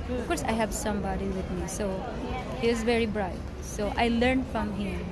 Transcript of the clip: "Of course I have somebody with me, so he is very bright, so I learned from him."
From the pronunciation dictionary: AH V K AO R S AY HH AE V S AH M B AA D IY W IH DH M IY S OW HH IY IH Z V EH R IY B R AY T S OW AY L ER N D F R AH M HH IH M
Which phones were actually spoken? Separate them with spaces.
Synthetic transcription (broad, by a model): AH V K AO R S AY HH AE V S AH M B AA D IY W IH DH M IY S OW HH IY IH Z V EH R IY B R AY T S OW AY L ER N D F R AH M HH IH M